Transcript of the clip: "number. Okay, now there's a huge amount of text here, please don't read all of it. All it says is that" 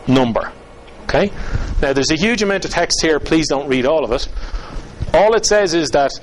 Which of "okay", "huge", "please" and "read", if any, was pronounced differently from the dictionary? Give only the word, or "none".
none